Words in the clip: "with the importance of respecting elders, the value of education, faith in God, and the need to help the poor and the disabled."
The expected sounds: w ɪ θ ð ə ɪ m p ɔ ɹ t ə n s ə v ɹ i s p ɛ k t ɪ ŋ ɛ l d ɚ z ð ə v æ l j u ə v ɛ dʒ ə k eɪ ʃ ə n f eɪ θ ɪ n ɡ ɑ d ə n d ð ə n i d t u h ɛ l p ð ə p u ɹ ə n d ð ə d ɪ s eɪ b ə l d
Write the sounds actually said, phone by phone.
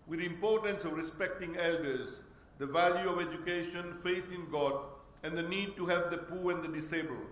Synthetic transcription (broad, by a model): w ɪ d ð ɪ m p ɔ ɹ t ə n s ə v ɹ i s p ɛ k t ɪ ŋ ɛ l d ɚ z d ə v æ l j u ə v ɛ dʒ ə k eɪ ʃ ə n f eɪ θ ɪ n ɡ ɑ d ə n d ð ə n i d t u h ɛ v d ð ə p u ɹ ə n d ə d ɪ s eɪ b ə l